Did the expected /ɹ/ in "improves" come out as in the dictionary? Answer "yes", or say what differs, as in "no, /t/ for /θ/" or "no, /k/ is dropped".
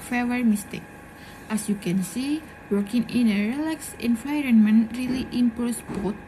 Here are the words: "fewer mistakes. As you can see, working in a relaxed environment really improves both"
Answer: no, /ɹ/ is dropped